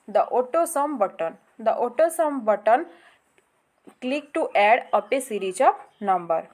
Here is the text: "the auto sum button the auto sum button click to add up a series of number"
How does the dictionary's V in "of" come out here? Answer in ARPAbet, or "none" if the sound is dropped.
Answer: P